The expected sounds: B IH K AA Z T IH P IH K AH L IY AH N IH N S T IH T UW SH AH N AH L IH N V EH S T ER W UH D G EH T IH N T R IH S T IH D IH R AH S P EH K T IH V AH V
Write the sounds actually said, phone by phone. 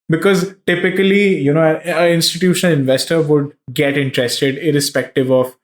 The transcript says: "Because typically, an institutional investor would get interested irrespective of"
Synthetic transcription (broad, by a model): B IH K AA Z T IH P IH K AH L IY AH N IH N S T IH T UW SH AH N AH L IH N V EH S T ER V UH D G EH T IH N T R IH S T IH D IH R AH S P EH K T IH V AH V